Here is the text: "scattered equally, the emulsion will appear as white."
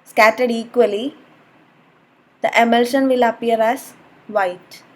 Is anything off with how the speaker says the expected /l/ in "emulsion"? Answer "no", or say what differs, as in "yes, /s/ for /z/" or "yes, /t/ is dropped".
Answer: no